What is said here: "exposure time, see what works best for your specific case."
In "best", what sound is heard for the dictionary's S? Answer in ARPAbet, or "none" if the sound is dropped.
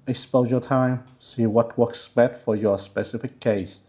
none